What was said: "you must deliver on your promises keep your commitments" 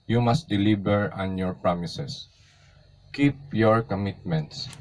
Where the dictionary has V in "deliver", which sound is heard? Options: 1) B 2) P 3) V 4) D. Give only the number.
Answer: 1